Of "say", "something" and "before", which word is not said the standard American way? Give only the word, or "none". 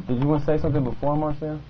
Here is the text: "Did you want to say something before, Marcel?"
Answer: none